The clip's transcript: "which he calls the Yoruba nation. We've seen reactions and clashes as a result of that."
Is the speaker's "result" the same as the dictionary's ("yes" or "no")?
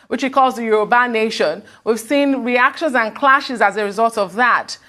yes